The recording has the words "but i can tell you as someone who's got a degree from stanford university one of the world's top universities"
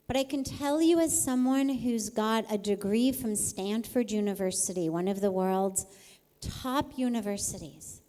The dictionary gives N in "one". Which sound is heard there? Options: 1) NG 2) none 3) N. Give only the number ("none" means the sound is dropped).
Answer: 3